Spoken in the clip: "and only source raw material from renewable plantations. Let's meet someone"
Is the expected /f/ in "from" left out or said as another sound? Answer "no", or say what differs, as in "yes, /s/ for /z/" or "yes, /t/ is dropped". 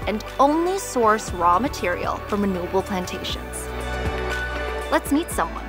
no